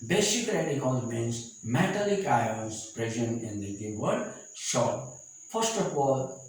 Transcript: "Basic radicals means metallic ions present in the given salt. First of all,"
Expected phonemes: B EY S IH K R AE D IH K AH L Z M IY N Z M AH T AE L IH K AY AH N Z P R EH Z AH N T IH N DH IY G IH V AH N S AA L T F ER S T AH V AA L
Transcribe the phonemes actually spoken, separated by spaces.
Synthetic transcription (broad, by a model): B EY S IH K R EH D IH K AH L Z M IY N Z M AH T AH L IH K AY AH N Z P R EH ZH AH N IH N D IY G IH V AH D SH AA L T F ER S T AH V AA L